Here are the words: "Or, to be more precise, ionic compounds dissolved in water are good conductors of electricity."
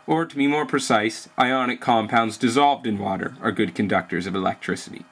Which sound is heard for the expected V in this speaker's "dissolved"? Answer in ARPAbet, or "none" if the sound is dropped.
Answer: V